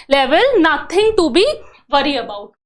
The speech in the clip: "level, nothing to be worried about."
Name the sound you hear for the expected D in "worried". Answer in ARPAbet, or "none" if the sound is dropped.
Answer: none